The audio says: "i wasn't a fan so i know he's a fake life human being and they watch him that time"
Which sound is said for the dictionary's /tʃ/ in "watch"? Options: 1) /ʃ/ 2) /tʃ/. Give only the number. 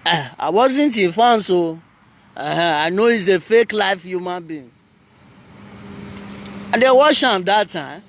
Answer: 1